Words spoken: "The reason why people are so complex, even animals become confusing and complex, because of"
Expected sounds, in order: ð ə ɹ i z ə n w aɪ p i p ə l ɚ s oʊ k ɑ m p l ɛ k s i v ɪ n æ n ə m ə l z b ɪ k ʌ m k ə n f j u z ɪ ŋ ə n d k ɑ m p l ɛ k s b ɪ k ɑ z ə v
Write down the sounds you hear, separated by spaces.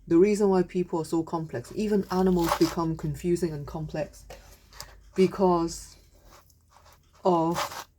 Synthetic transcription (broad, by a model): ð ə ɹ i z ə n w aɪ p i p ə l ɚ s oʊ k ɑ m p l ɛ k s i v ɪ n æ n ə m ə l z b ɪ k ʌ m k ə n f j u z ɪ ŋ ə n k ɑ m p l ɛ k s b ɪ k ɑ z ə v